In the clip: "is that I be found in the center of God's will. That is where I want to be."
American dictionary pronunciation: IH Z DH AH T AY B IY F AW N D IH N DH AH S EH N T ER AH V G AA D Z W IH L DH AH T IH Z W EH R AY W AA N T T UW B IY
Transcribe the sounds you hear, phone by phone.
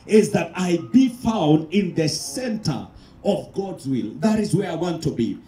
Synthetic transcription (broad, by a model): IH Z DH AH T AY B IY F AW N D IH N DH AH S EH N T ER AH V G AA D Z W IH L DH AH T IH Z W EH R AY W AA N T T UW B IY